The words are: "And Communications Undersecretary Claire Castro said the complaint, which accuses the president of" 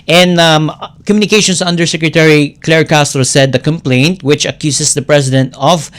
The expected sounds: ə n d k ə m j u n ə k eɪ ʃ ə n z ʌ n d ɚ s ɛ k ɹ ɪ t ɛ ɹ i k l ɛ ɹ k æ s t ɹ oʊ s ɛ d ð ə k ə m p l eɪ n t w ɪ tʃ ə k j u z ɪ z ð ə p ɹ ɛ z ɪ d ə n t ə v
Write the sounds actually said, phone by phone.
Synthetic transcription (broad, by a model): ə n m k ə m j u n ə k eɪ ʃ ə n s ʌ n d ɚ s ɛ k ɹ ɪ t ɛ ɹ i k l ɛ ɹ k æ s t ɹ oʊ s ɛ d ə k ə m p l eɪ n t w ɪ tʃ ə k j u s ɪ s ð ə p ɹ ɛ s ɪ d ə n t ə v